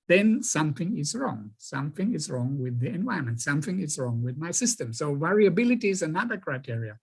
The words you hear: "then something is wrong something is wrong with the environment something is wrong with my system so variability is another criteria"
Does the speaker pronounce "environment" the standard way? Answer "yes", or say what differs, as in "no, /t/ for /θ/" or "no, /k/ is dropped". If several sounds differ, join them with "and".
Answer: no, /ɹ/ is dropped